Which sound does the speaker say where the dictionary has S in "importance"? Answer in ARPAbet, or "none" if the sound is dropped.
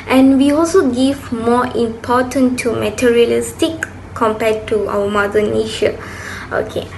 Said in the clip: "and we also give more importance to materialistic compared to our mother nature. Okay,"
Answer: none